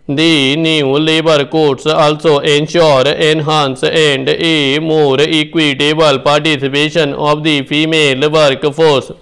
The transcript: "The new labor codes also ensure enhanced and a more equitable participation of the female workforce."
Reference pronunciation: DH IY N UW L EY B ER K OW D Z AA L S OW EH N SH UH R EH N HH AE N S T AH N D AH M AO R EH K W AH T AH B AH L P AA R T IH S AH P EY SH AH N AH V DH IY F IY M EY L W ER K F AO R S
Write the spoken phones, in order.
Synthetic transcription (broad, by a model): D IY N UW L EY B ER K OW D S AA L S OW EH N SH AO R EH N HH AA N S AH N D AH M AO R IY K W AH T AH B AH L P AA R T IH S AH P EY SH AH N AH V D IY P IY M EY L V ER K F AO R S